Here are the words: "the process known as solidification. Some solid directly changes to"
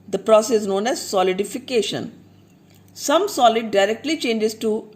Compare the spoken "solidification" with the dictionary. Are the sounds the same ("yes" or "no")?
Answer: yes